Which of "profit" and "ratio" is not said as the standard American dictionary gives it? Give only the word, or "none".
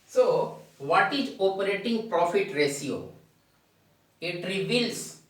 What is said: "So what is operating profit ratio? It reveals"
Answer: ratio